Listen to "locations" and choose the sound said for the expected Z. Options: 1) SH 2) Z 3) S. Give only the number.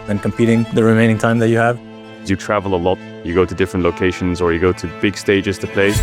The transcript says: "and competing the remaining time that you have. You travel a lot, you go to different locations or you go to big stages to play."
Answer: 2